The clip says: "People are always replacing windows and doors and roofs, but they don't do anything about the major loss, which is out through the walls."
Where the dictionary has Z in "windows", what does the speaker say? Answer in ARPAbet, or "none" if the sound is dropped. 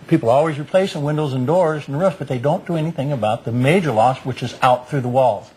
Z